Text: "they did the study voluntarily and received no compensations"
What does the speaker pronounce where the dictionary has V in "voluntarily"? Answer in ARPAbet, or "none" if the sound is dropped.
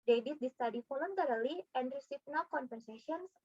F